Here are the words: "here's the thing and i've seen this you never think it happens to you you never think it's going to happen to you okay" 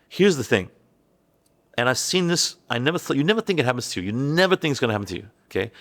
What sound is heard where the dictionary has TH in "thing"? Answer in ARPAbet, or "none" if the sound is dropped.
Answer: TH